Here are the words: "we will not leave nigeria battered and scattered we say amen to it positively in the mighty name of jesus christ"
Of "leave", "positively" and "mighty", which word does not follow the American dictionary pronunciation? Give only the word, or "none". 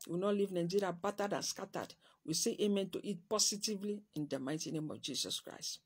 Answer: positively